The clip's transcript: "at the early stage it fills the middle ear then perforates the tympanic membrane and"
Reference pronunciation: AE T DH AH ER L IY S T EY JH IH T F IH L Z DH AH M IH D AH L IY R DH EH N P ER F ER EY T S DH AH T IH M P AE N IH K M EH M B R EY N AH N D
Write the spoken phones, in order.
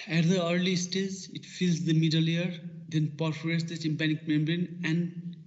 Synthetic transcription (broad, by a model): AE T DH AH ER L IY S T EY Z IH T F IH L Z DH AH M IH D AH L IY R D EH N P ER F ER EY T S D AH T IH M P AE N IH K M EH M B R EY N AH N D